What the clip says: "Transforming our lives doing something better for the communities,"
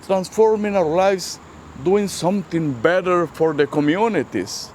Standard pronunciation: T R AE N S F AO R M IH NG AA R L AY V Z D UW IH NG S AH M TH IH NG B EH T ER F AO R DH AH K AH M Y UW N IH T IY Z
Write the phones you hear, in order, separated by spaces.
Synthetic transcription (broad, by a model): T R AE N S F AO R M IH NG AA R L AY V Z D UW IH NG S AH M T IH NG B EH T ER F AO R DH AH K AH M Y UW N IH T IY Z